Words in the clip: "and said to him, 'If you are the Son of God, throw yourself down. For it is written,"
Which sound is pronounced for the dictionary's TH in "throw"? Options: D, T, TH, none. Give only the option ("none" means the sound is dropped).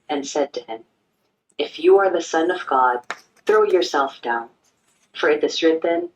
TH